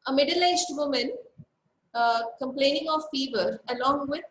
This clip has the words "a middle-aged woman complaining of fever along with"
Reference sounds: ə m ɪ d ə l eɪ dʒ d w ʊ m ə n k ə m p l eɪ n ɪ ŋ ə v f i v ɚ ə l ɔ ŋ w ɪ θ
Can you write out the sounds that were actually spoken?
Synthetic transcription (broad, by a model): ə m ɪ d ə l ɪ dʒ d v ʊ m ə n k ə m p l eɪ n ɪ ŋ ə v f i v ɚ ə l ɔ ŋ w ɪ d